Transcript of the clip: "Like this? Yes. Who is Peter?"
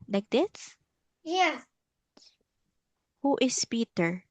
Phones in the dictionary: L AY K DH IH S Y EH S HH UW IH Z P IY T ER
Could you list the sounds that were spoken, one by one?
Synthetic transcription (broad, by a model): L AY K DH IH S Y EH HH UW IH S P IY T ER